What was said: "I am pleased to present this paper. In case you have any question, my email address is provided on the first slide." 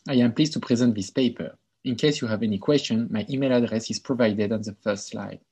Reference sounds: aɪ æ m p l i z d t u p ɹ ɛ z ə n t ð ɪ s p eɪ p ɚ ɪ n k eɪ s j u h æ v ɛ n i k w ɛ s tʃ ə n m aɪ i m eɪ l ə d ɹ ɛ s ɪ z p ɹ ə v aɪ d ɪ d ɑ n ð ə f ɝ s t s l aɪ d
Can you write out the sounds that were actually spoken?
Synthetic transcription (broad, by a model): aɪ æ m p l i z t u p ɹ ɛ z ə n t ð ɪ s p eɪ p ɚ ɪ n k eɪ s j u h æ v ɛ n i k w ɛ s tʃ ə n m aɪ i m eɪ l ə d ɹ ɛ s ɪ z p ɹ ə v aɪ d ɪ d ɑ n ð ə f ɝ s t s l aɪ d